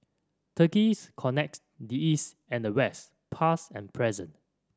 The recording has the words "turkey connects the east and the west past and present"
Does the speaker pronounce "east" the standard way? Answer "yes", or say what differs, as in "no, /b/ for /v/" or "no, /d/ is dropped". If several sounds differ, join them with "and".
yes